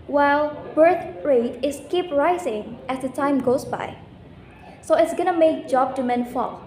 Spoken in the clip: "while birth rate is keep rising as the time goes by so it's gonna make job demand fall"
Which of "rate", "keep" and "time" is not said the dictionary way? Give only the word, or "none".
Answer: none